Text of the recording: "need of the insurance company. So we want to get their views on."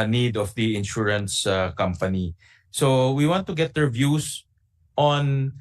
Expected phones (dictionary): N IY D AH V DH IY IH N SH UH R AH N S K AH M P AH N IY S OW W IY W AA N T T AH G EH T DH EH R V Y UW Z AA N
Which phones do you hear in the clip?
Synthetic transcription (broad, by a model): N IY D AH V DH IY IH N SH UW R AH N S K AH M P AH N IY S OW W IY W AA N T T AH G EH T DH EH R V Y UW S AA N